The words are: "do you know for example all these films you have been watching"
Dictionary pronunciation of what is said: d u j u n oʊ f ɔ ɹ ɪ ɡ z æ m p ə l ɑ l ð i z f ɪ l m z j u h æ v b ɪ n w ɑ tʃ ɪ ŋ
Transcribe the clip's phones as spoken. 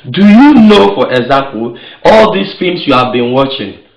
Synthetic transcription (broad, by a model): d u j u n oʊ f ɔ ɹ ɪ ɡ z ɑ p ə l ɑ l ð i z f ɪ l m s j u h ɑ v b ɪ n w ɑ tʃ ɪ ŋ